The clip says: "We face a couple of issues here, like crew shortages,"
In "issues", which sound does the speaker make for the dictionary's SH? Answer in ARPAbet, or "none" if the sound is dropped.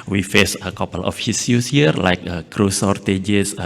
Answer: S